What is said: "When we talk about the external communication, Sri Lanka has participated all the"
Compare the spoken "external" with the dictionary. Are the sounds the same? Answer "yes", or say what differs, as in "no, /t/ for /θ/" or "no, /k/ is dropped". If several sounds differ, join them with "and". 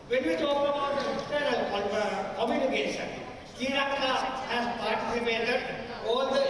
no, /k/ is dropped